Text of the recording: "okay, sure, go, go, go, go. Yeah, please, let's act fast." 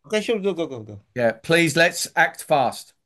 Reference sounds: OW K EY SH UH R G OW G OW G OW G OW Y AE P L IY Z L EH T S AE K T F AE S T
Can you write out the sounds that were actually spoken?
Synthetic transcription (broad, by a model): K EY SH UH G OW G OW G OW G OW Y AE P L IY Z L EH T S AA K T F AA S T